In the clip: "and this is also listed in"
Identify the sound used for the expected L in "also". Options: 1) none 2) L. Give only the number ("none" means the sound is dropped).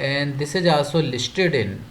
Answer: 1